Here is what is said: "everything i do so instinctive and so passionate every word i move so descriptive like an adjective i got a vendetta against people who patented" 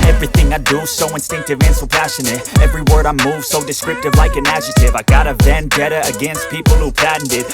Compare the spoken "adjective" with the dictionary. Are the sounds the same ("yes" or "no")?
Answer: no